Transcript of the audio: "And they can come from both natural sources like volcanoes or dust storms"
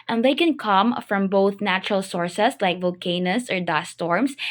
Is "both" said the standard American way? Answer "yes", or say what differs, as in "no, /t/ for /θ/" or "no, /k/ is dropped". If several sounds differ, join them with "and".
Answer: yes